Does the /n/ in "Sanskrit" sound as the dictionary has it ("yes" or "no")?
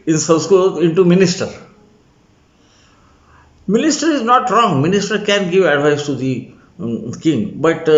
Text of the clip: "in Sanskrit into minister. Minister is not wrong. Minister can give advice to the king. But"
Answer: no